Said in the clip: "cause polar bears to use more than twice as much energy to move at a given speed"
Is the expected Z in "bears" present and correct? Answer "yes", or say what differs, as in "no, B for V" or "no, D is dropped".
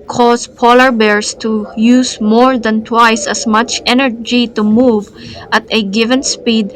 no, S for Z